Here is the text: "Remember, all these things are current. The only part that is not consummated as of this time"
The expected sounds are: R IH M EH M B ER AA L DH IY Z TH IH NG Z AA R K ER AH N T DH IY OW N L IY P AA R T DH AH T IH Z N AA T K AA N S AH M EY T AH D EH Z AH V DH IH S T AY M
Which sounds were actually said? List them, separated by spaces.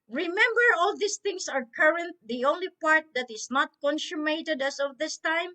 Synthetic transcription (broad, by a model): R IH M EH M B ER AA L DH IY S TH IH NG S AA R K ER AH N T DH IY OW N L IY P AA R T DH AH T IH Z N AA T K AA N S AH M EY T AH D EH S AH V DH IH S T AY M